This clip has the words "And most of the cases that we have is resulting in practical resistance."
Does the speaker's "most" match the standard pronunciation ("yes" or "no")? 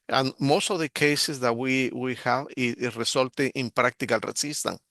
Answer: yes